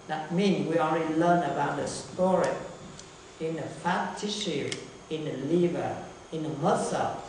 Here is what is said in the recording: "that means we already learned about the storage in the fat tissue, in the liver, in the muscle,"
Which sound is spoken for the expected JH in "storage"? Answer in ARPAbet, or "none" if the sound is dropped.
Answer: none